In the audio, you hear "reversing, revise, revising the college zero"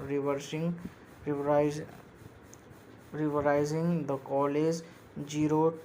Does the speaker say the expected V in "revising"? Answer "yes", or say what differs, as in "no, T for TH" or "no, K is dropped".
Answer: no, V is dropped